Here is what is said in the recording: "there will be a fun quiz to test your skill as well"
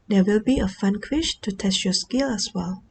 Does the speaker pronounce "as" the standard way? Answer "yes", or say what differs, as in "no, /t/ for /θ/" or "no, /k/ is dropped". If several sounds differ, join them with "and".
no, /s/ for /z/